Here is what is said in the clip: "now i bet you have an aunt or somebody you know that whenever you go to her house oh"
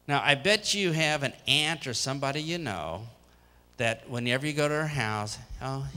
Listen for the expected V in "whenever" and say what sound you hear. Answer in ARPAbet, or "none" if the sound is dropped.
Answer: V